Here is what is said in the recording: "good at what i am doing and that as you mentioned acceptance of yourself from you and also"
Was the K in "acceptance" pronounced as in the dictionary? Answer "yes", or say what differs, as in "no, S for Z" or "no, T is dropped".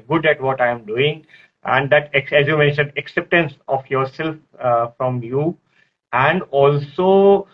yes